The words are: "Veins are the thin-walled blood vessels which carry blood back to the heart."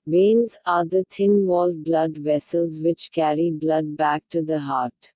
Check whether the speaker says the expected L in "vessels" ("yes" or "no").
yes